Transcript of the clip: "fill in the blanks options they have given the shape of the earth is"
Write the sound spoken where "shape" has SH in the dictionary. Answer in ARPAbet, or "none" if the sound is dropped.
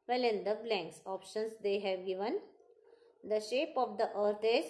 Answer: SH